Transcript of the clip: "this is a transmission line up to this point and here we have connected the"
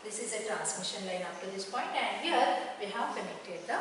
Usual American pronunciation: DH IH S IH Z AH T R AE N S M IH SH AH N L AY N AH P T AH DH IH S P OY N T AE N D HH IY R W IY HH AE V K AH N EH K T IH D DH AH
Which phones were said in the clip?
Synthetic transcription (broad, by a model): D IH S IH Z AH T R AE N S M IH SH AH N L AY N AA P T AH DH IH S P OY N T AE N D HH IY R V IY HH AE V K AH N EH K T IH D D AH